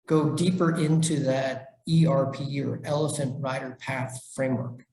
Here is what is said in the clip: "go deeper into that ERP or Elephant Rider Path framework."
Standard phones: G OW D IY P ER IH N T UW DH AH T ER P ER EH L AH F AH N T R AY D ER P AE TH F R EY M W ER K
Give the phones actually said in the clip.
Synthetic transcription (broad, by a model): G OW D IY P ER IH N T UW DH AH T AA P ER EH L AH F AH N T R AY D ER P AE TH F R EY M W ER K